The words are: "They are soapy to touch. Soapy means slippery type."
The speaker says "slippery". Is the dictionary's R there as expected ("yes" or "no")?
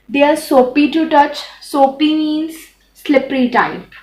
yes